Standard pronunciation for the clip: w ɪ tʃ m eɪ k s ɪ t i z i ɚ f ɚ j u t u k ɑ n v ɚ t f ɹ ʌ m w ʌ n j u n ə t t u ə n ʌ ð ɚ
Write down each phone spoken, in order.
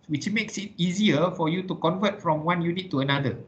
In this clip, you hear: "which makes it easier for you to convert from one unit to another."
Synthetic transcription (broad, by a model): w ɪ tʃ m eɪ k s ɪ t i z i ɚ f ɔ j u t u k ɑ n v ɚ t f ɹ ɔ m w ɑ n j u n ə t t u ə n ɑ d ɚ